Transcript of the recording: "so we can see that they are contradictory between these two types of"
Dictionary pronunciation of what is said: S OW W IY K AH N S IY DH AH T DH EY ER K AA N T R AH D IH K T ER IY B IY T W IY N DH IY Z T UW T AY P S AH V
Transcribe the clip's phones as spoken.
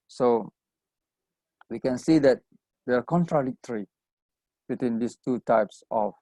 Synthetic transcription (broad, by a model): S OW W IY K AH N S IY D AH T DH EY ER K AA N T R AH D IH K T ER IY B IY T W IY N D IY S T UW T AY P S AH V